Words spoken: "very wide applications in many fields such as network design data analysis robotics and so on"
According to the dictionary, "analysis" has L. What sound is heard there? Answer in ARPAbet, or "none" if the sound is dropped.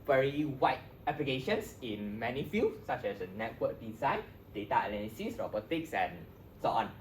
N